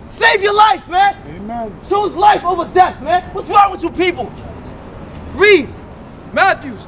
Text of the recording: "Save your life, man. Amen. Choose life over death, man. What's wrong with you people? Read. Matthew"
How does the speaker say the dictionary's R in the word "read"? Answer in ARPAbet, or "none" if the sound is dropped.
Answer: R